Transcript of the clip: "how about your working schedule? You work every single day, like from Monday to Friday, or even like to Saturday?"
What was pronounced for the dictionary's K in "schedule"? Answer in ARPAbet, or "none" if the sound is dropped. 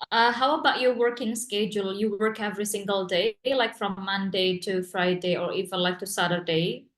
K